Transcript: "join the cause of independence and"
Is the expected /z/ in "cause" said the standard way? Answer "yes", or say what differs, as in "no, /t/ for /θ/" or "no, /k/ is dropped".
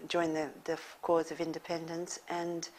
yes